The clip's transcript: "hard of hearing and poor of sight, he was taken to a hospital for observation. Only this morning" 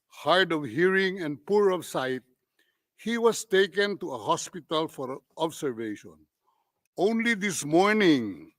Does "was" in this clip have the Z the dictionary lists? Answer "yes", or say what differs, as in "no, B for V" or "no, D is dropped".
no, S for Z